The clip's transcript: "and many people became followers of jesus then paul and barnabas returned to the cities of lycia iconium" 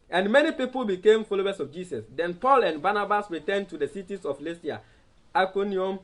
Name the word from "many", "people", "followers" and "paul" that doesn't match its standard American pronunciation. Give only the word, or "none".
followers